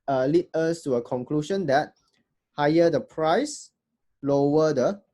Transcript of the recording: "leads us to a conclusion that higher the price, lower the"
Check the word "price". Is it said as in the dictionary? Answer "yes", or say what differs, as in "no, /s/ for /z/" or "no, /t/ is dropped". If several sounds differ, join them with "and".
yes